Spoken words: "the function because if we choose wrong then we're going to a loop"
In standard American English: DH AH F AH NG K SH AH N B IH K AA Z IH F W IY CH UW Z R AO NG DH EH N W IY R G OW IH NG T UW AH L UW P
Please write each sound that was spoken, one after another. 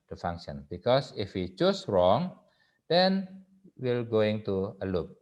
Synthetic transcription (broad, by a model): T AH F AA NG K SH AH N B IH K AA S IH F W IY CH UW S R AO NG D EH N W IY L G OW IH NG T UW AH L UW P